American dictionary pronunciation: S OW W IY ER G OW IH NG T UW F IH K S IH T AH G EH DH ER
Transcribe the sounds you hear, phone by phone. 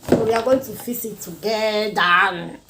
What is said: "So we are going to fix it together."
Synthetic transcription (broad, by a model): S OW W IY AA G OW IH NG T UW F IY S IH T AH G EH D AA